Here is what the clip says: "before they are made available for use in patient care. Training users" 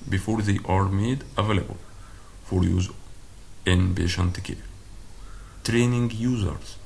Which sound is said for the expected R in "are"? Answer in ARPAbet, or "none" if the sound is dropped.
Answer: R